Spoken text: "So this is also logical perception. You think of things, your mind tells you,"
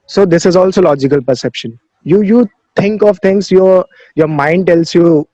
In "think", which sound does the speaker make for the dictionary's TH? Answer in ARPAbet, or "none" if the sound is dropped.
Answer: T